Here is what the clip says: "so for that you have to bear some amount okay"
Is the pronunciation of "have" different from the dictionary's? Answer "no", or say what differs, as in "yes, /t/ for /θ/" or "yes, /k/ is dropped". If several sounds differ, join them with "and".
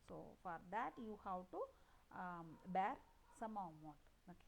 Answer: yes, /w/ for /v/